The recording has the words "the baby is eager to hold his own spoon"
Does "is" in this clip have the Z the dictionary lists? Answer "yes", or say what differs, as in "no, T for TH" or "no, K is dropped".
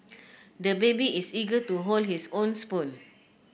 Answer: no, S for Z